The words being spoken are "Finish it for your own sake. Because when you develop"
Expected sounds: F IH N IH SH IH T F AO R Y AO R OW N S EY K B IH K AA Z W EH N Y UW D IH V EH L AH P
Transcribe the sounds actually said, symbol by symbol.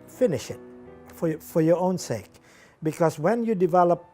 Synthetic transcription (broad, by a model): F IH N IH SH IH T F AO R Y AO R OW N S EY K B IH K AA S W EH N Y UW D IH V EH L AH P